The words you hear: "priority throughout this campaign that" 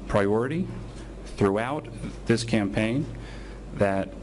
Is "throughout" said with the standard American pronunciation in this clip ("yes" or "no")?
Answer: yes